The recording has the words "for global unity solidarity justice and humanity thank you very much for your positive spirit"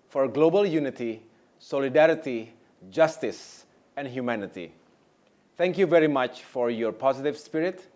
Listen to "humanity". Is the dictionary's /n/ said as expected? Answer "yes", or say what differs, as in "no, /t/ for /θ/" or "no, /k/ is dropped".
yes